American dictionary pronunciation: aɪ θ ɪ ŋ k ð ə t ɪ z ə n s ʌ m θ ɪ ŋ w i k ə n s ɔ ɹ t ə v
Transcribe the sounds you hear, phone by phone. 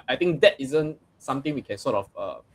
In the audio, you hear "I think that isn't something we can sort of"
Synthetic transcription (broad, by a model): aɪ t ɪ ŋ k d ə t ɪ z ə n s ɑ m t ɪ ŋ w i k ə n s ɔ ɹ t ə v